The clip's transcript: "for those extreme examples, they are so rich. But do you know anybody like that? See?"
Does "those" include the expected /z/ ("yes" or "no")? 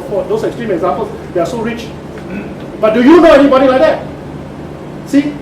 no